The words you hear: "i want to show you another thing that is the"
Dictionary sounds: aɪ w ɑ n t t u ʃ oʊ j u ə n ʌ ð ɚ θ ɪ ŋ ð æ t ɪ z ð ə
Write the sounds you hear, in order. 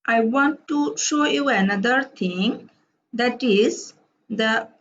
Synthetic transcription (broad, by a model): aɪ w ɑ n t t u ʃ oʊ j u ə n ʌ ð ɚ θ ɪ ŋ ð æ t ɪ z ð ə